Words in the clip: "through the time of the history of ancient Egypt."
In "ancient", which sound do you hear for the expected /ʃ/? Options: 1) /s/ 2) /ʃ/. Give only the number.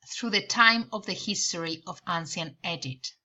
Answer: 1